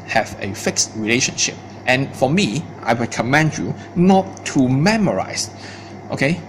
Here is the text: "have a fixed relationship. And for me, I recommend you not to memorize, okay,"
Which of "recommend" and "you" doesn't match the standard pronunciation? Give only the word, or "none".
recommend